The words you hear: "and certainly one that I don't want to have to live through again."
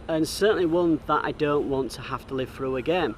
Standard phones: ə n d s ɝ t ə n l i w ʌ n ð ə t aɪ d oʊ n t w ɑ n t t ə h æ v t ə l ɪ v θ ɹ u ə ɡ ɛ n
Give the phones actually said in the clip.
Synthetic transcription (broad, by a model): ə n s ɝ t n l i w ʌ n ð ə t aɪ d oʊ n t w ɑ n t t ə h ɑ f t ə l ɪ v θ ɹ u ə ɡ ɛ n